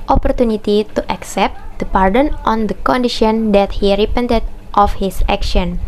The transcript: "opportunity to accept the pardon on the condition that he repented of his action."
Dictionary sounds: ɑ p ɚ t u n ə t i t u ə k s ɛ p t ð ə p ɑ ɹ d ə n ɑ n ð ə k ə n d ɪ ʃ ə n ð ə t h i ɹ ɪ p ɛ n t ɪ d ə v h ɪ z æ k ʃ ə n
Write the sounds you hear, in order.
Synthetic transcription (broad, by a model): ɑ p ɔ t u n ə t i t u ə k s ɛ p t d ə p ɑ ɹ d ə n ɑ n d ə k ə n d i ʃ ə n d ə t h i ɹ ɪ p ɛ n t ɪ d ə f h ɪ s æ k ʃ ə n